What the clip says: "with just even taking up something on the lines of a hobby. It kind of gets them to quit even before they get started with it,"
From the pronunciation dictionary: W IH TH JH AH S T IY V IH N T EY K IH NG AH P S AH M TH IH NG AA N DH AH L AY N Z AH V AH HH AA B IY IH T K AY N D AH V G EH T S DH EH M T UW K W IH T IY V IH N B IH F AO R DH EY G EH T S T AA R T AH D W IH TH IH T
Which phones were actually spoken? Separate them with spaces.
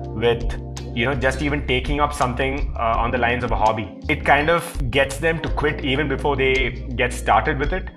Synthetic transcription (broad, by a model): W IH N JH AH S T IY V IH N T EY K IH NG AH P S AH M T IH NG AA N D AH L AY N Z AH V AH HH AA B IY IH T K AY N D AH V G EH T S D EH M T UW K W IH T IY V IH N B IH F AO R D EY G EH T S T AA R T AH D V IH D IH T